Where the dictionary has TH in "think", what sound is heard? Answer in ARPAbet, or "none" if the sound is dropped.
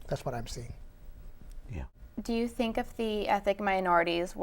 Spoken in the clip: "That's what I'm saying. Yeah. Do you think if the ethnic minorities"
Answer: TH